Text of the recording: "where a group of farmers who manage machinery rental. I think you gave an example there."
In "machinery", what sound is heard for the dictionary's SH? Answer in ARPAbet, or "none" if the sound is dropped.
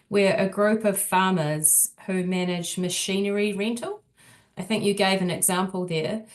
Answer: SH